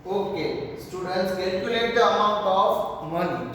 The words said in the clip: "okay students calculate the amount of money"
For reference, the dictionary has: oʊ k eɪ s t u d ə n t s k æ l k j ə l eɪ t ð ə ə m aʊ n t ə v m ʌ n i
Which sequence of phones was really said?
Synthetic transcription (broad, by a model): oʊ k eɪ s t u d ə n t s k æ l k j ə l eɪ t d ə ə m aʊ n t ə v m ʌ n